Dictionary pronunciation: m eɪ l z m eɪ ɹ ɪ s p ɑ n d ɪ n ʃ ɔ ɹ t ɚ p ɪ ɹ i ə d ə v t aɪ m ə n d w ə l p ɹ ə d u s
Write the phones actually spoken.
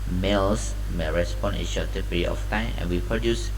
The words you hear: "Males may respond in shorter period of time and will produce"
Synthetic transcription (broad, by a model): m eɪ l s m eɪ ɹ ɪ s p ɑ n ɪ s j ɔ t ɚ p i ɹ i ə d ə f t aɪ m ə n w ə p ɹ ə d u s